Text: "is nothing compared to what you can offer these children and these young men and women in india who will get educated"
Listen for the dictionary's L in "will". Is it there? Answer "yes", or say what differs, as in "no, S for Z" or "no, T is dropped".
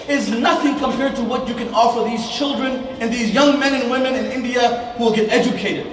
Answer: yes